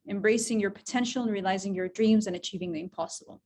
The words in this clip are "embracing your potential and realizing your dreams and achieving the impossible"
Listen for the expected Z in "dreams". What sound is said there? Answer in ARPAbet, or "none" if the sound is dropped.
Z